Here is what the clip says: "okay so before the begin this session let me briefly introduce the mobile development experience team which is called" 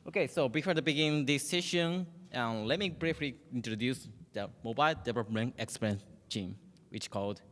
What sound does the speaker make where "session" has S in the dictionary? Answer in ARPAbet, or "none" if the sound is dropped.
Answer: SH